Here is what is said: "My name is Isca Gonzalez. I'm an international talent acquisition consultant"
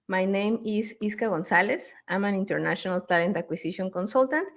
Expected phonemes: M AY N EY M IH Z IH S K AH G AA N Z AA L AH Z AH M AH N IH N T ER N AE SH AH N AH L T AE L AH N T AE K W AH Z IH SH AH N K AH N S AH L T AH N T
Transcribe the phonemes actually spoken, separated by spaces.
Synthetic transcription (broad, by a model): M AY N EY M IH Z IH S K AH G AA N S AA L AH S AH M AH N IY N T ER N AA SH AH N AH L T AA L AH N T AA K W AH S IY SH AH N K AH N S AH L T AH N T